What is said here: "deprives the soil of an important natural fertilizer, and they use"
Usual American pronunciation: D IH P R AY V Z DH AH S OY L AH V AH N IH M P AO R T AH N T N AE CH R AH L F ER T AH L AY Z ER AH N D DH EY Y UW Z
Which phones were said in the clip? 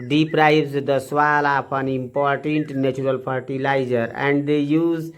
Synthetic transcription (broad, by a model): D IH P R AY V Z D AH S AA L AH P AH N IH M P AO R T AH N T N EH CH R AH L P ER T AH L AY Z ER AH N D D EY Y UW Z